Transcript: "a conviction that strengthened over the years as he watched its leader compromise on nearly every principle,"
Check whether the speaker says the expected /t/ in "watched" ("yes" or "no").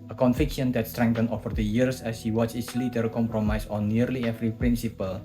no